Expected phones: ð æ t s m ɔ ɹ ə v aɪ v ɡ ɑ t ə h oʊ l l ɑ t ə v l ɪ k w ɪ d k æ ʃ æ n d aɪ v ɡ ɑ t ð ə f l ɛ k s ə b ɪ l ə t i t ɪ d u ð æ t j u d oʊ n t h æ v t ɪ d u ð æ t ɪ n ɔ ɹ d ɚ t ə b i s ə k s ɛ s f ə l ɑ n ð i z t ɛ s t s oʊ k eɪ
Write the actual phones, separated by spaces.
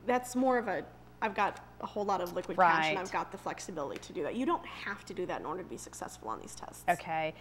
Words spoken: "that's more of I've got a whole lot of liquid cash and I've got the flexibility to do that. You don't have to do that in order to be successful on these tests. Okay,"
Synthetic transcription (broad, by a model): ð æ t s m ɔ ɹ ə v aɪ v ɡ ɑ t ə h oʊ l l ɑ t ə v l ɪ k w ɪ d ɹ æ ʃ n aɪ v ɡ ɑ t ð ə f l ɛ k s ə b ɪ l ə t i t ɪ d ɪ ð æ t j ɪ d oʊ n t h æ f t ɪ d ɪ ð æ t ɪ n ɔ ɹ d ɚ t ə b i s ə k s ɛ s f l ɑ n ð i z t ɛ s t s oʊ k eɪ